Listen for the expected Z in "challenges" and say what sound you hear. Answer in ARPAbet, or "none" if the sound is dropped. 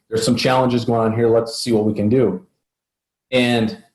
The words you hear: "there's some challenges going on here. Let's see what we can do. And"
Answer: Z